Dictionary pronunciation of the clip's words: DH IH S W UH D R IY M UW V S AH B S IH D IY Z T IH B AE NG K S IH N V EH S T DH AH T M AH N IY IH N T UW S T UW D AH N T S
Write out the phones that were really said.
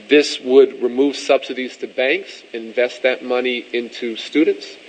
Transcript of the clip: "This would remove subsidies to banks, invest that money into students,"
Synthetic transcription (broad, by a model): DH IH S W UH D R IY M UW V S AH B S IH D IY Z T IH B AE NG K S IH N V EH S T DH AH T M AH N IY IH N T UW S T UW D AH N T S